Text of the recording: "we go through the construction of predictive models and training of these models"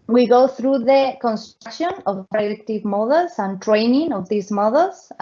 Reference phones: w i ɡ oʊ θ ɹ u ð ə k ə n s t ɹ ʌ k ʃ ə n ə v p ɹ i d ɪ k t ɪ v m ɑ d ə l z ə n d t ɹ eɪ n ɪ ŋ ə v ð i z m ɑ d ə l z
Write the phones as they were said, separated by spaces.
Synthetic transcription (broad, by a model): w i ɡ oʊ θ ɹ u ð ə k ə n s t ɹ k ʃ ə n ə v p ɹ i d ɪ k t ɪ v m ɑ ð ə l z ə n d t ɹ eɪ n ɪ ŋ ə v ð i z m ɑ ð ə l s